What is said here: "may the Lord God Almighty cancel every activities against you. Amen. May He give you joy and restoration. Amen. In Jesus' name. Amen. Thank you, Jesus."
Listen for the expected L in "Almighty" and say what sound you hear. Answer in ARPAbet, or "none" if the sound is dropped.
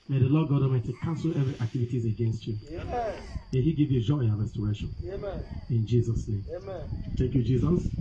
none